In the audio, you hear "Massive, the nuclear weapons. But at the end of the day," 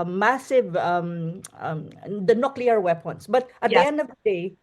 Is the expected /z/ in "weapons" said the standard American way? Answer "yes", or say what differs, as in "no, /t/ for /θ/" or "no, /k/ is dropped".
no, /s/ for /z/